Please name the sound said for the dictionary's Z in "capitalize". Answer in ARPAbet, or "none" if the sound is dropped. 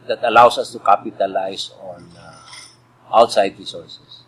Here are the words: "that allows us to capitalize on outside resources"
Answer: S